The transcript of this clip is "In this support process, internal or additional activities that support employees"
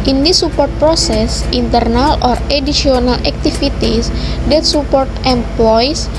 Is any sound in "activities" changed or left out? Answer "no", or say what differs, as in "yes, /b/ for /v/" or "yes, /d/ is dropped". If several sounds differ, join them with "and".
yes, /f/ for /v/